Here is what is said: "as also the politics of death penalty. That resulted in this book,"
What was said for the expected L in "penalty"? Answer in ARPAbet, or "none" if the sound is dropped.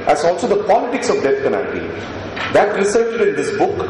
none